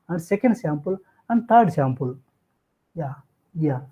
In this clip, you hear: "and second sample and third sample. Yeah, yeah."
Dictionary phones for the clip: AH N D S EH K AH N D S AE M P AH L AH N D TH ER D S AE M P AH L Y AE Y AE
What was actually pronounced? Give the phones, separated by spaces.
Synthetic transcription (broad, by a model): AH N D S EH K AH N D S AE M P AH L AH N D T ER D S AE M P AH L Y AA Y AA